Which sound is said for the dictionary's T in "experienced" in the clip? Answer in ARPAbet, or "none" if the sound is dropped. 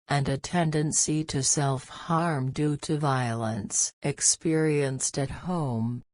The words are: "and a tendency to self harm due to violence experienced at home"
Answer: T